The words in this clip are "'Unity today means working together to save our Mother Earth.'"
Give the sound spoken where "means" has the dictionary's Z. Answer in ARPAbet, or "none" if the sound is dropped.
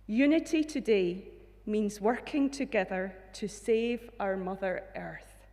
Z